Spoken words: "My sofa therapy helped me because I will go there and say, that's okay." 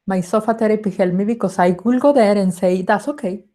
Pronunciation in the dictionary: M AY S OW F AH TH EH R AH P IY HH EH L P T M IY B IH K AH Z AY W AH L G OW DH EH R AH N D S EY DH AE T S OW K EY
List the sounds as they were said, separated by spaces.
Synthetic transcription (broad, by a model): M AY S OW F AH T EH R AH P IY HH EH L M IY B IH K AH S AY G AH L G OW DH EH R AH N S EY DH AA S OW K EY